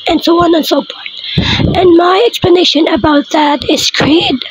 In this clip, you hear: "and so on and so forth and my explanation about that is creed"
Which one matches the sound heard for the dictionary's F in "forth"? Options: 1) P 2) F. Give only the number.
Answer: 1